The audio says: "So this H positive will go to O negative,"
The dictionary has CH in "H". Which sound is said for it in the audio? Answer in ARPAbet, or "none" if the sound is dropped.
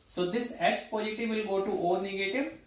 S